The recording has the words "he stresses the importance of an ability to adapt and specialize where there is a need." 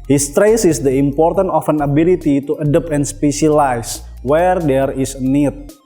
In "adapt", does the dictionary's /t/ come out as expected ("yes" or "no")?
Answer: no